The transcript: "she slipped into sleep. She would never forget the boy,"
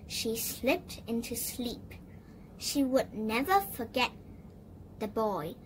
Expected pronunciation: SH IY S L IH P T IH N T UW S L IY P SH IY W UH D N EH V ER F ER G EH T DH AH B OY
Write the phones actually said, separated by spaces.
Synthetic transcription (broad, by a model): SH IY S L IH P T IH N T UW S L IY P SH IY W UH D N EH V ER F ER G EH T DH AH B OY